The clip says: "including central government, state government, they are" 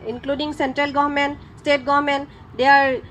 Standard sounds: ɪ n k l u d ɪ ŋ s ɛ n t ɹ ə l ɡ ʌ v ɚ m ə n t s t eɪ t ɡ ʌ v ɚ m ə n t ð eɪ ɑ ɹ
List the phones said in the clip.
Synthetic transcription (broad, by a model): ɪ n k l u d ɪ ŋ s ɛ n t ɹ ə l ɡ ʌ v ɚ m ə n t s t eɪ t ɡ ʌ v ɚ m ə n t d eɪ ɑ ɹ